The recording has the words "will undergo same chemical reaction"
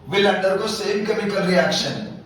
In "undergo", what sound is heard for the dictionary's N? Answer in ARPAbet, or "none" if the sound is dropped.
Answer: none